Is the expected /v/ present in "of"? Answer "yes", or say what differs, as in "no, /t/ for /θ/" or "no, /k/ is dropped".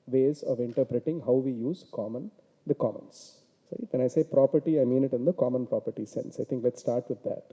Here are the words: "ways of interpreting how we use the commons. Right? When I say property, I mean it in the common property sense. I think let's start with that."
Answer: yes